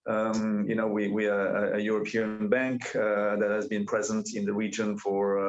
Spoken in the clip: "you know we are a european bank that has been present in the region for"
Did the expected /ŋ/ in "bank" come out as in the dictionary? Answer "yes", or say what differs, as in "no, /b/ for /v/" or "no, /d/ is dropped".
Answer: yes